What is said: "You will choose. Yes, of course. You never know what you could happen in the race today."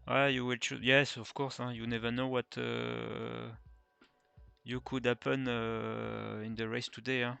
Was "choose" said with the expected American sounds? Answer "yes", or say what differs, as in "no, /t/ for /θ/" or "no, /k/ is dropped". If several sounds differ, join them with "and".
no, /z/ is dropped